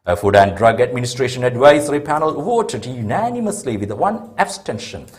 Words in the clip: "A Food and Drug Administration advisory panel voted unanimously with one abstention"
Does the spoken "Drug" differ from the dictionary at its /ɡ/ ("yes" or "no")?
no